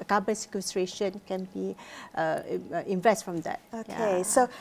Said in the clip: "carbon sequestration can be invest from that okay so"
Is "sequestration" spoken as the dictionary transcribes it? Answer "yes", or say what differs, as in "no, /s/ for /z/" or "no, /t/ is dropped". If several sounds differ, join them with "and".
yes